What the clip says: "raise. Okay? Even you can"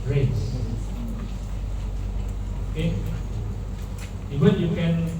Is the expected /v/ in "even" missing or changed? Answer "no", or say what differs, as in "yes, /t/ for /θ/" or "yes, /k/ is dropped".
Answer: yes, /w/ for /v/